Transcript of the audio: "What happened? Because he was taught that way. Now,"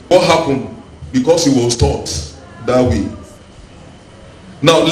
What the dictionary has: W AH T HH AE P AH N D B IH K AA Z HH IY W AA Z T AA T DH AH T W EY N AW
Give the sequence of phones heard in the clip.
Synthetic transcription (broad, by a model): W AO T HH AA P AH N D B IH K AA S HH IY W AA S T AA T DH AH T W EY N AW